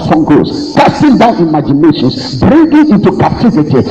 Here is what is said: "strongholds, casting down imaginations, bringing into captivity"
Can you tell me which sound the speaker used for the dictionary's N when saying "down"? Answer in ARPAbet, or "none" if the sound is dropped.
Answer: N